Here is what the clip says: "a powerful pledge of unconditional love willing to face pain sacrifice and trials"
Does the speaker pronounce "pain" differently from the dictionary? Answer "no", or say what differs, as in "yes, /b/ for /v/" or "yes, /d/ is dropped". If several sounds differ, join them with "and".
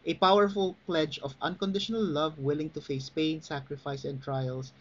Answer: no